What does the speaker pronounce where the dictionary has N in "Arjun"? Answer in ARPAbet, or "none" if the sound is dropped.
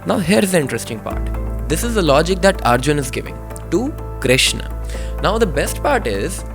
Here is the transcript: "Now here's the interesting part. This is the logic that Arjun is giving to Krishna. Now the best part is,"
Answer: N